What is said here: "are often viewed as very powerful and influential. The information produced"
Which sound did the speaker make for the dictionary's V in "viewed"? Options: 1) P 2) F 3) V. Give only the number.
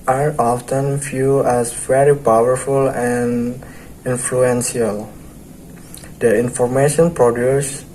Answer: 2